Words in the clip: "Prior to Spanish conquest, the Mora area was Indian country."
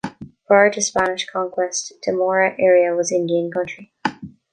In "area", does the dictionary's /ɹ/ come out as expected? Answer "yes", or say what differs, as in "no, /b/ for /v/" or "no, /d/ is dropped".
yes